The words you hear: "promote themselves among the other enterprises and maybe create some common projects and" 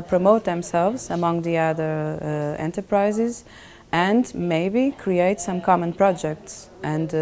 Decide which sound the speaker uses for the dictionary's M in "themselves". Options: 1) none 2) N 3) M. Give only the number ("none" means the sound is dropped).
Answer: 3